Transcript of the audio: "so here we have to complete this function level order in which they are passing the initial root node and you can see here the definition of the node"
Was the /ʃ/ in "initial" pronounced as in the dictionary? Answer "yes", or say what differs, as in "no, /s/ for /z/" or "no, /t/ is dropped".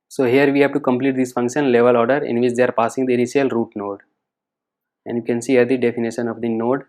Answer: no, /ʃ/ is dropped